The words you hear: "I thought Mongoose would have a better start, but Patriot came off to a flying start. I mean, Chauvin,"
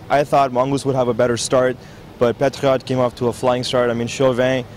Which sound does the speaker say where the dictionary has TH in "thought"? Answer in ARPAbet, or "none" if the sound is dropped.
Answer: TH